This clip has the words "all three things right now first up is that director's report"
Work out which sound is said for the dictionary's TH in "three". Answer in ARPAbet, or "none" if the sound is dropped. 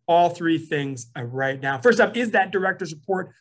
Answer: TH